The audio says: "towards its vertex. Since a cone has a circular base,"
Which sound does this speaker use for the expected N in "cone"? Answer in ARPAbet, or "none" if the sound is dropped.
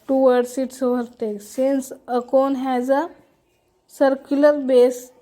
N